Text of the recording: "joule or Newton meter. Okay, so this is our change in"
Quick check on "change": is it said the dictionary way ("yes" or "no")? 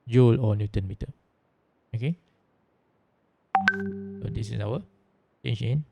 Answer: no